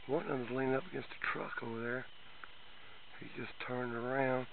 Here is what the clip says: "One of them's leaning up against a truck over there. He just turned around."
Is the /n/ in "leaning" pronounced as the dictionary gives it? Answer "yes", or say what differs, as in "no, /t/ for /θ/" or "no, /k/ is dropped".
no, /n/ is dropped